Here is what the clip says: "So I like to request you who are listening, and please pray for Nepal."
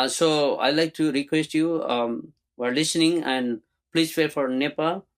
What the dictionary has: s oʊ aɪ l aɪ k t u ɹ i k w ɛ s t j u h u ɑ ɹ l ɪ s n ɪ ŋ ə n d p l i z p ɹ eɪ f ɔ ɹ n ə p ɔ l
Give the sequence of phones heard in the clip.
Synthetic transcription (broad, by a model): s oʊ aɪ l aɪ k t u ɹ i k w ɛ s t j u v ɑ ɹ l ɪ s n ɪ ŋ ə n d p l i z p eɪ f ɔ ɹ n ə p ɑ